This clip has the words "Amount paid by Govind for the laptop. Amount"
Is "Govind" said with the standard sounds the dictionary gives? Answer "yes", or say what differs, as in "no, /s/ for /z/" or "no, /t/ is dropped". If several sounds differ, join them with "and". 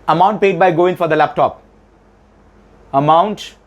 no, /v/ is dropped